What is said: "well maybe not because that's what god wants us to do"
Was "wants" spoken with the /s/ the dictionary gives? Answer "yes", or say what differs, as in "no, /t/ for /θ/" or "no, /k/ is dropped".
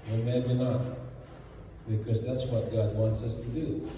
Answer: yes